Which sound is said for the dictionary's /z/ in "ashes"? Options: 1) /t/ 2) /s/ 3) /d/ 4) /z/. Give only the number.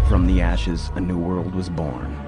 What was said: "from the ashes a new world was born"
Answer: 4